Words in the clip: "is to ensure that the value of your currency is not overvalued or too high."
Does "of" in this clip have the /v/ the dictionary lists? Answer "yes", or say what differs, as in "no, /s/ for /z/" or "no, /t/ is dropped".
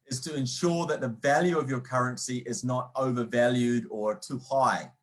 yes